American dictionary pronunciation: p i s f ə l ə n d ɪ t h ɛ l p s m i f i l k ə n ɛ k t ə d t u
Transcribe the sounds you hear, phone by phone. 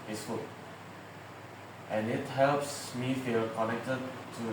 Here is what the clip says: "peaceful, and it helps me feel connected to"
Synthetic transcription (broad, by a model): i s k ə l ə n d ɪ t h ɛ l p s m i f i l k ə n ɛ k t ə d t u